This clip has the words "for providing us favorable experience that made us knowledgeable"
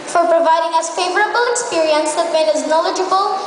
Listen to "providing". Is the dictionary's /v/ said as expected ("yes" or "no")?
yes